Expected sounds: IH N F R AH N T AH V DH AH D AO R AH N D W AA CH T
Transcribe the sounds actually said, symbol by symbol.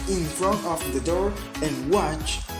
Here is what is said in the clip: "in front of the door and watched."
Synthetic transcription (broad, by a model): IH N F R AH N T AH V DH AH D AO R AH N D W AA CH